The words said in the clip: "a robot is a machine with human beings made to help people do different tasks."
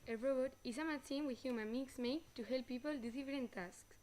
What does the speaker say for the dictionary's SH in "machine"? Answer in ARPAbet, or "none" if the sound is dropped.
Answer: S